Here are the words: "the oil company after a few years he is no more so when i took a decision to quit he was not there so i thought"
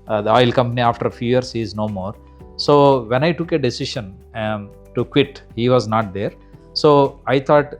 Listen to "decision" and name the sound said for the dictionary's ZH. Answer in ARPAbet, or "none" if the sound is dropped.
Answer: SH